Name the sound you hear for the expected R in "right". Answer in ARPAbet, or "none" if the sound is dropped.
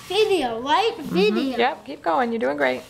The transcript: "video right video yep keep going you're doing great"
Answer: L